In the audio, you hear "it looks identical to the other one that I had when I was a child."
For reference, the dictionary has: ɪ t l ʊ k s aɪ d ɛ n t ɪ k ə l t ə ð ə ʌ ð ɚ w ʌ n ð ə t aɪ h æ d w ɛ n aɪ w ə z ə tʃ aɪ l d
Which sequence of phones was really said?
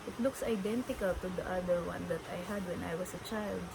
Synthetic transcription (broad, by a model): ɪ t l ʊ k s aɪ d ɛ n t ɪ k ə l t ə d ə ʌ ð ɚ w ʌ n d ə t aɪ h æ d w ɛ n aɪ w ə s ə tʃ aɪ l d